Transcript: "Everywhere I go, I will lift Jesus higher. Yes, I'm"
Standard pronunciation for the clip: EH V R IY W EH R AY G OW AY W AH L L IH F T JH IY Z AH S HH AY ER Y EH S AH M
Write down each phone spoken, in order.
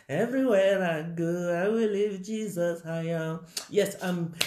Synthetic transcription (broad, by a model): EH V R IY W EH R AY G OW AY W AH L L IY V JH IY Z AH S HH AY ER Y EH S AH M